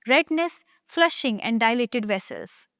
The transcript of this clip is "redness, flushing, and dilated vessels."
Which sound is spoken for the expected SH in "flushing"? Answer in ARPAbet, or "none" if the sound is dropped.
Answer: SH